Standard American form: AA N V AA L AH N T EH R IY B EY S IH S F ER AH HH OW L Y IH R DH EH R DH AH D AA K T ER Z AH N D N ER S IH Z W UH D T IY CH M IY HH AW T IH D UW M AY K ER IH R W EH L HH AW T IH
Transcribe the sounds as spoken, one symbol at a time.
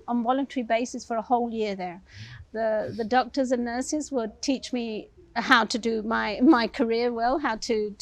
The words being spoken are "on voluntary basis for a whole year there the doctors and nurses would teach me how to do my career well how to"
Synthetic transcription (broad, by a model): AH N V AA L AH N T EH R IY B EY S IH S F ER AH HH OW L Y IH R DH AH R DH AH D AA K T ER Z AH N N ER S IH Z W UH D T IY CH M IY HH AW T IH D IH M AY K ER IH R W EH L HH AW T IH